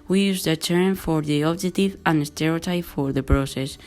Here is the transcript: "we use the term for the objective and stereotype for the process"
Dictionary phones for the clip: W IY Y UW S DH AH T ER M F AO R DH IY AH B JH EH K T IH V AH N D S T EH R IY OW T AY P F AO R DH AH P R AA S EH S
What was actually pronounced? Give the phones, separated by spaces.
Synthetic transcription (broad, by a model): W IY Y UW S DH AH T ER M F AO R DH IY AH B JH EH T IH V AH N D S T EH R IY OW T AY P F AO R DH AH P R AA S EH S